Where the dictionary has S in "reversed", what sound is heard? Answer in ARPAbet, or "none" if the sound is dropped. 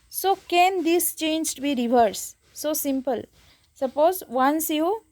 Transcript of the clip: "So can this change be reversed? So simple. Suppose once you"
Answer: none